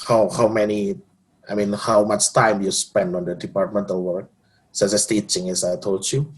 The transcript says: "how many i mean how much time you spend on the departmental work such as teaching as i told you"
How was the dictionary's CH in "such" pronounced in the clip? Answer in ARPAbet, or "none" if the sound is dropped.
S